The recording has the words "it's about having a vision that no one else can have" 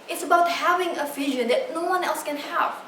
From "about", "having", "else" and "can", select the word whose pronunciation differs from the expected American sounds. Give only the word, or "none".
none